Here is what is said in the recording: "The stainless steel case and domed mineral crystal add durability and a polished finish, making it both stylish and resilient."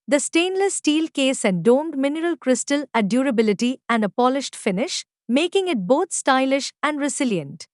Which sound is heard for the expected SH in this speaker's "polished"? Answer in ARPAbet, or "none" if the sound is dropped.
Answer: SH